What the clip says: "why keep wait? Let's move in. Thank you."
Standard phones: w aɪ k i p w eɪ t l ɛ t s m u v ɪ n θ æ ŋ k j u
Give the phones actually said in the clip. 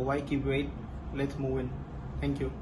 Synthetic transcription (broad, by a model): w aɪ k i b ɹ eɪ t l ɛ t s m u v ɪ n t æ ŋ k j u